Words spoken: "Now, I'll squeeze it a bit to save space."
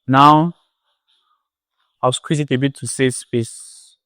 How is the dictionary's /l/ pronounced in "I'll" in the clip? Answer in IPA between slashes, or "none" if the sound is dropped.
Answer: /w/